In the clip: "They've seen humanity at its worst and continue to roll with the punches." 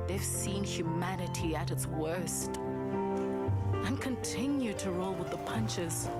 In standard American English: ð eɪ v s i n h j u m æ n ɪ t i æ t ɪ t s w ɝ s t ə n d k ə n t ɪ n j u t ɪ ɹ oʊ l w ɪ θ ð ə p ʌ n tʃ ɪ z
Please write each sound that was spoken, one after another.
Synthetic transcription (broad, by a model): ð eɪ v s i n h j u m æ n ɪ t i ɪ t ɪ t s w ɝ s t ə n k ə n t ɪ n j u t ɪ ɹ oʊ l w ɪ ð ə p ʌ n tʃ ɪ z